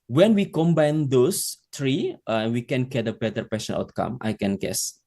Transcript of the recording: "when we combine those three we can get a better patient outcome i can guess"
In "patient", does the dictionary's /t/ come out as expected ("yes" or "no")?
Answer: no